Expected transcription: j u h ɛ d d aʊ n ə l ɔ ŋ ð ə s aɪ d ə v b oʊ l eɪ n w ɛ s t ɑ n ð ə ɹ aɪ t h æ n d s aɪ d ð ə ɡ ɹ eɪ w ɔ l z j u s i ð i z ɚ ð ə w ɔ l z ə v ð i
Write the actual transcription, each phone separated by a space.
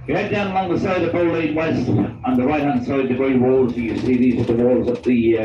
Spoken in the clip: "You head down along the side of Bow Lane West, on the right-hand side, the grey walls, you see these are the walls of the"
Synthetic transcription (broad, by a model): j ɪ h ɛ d d aʊ n ə l ɔ ŋ ð ə s aɪ d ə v b oʊ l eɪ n w ɛ s t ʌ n ð ə ɹ aɪ t h æ n d s aɪ d ð ə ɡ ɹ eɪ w ɔ l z j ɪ s i ð i z ɚ ð ə w ɔ l z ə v ð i